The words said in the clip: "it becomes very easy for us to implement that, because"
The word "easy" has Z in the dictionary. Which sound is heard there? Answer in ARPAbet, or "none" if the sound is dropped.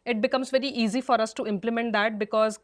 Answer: Z